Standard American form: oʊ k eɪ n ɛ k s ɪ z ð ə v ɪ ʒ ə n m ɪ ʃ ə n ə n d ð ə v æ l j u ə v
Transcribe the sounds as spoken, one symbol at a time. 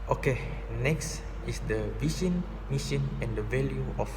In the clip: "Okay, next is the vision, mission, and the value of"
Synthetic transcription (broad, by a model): oʊ k eɪ n ɛ k s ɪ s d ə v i ʃ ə n m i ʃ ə n ə n d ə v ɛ l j u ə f